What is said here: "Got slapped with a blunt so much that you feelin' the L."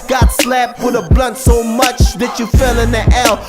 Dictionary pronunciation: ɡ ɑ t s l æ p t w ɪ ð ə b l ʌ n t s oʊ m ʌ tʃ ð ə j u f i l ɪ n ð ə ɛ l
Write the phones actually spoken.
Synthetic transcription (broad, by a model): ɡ ɑ t s l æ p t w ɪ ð ə b l ʌ n t s oʊ m ʌ tʃ ð ə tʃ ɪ f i l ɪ n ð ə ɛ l